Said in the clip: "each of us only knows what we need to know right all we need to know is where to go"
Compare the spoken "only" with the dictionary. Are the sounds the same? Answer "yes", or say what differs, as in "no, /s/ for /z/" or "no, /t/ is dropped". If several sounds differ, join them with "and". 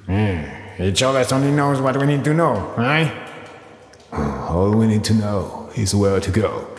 no, /l/ is dropped